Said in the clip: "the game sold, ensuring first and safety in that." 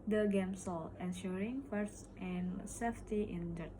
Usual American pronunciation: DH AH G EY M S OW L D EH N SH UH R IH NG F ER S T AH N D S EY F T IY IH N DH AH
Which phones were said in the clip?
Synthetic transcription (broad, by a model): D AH G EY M S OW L EH N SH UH R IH NG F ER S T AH N S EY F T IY IH N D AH